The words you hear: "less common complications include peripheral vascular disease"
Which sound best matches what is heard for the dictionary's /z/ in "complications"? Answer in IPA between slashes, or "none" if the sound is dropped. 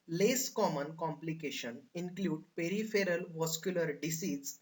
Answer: none